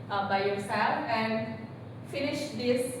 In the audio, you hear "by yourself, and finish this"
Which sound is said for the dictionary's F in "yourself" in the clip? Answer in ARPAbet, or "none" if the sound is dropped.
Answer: none